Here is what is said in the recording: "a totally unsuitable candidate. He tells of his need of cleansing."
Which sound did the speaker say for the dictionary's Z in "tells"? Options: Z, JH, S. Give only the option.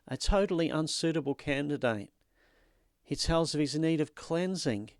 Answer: Z